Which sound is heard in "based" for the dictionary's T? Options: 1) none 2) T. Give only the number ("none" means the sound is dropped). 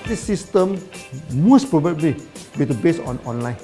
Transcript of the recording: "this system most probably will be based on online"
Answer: 1